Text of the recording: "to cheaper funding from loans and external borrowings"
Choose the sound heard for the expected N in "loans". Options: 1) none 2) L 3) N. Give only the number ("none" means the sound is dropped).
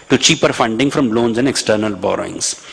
3